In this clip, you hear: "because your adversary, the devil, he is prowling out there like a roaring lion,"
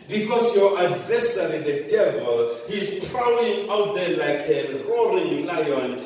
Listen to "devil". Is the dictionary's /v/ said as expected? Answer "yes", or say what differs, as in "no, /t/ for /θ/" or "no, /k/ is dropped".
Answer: yes